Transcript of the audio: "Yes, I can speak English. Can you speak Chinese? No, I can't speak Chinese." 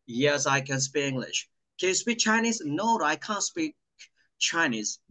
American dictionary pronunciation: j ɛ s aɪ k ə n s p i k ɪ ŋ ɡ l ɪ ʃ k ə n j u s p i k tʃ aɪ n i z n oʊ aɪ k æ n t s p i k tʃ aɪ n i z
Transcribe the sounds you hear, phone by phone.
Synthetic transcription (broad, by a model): j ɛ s aɪ k ə n s p i k ɪ ŋ ɡ l ɪ ʃ k ə n j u s p i k tʃ aɪ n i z n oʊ aɪ k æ n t s p i k tʃ aɪ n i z